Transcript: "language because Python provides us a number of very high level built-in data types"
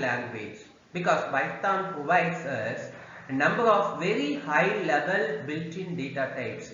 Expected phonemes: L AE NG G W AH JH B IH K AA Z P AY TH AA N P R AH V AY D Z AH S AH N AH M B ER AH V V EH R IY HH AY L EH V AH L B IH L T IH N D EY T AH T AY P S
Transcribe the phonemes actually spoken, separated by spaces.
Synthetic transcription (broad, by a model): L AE NG G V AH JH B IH K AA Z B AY T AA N P R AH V AY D S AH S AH N AH M B ER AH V V EH R IY HH AY L EH V AH L B IH L T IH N D EY T AH T AY P S